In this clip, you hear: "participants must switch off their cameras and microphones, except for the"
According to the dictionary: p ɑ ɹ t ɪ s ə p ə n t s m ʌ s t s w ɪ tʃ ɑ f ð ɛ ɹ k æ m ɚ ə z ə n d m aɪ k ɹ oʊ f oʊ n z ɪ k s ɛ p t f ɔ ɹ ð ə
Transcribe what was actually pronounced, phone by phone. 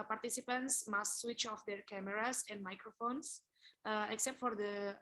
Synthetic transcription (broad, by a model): p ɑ ɹ t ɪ s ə p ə n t s m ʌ s t s w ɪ tʃ ɑ f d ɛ ɹ k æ m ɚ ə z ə n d m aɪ k ɹ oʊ f oʊ n s ɪ k s ɛ p t f ɔ ɹ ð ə